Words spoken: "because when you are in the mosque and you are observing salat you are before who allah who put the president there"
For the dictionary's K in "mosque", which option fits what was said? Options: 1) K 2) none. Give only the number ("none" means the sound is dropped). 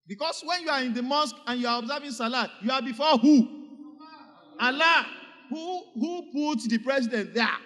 1